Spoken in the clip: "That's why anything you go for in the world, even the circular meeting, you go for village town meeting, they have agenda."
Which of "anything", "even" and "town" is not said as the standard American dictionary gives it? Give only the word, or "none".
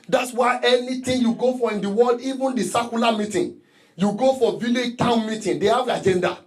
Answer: anything